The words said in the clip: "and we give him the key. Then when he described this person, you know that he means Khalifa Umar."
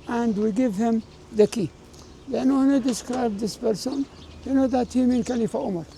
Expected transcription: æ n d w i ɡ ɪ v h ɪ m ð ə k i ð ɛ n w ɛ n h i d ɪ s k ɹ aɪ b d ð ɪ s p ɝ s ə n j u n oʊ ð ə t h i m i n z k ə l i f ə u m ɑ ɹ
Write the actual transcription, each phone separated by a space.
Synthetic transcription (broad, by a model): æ n d w i ɡ ɪ v h ɪ m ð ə k i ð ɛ n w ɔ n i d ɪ s k ɹ aɪ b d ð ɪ s p ɝ s ə n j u n oʊ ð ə t h i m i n k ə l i f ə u m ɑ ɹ